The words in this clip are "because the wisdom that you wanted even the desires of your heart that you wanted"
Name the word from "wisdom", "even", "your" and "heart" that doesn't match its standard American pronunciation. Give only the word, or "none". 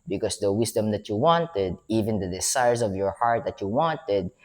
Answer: wisdom